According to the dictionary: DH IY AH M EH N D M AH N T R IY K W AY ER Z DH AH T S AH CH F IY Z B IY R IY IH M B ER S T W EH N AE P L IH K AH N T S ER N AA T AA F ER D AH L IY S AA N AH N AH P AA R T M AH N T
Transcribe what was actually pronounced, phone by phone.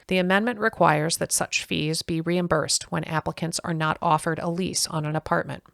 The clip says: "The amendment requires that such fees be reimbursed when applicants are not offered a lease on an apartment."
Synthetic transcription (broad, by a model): DH IY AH M EH N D M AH N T R IY K W AY ER Z DH AH T S AH CH F IY Z B IY R IY IH M B ER S T W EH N AE P L IH K AH N T S ER N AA T AA F ER D AH L IY S N AH N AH P AA R T M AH N T